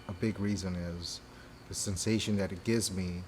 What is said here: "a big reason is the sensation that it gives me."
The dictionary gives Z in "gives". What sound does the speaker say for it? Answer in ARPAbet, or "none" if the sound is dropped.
Z